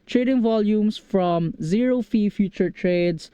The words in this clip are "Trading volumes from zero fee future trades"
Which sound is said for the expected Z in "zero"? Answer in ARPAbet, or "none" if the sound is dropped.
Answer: Z